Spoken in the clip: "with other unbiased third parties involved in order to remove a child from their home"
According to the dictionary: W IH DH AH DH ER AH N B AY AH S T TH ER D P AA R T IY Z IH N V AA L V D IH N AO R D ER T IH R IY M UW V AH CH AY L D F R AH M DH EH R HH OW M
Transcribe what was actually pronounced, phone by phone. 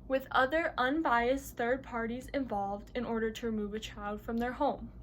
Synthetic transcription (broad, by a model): W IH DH AH DH ER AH N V AY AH S TH ER D P AA R T IY Z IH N V AA L V D IH N AO R D ER T IH R IY M UW V AH CH AY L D F R AH M DH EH R HH OW M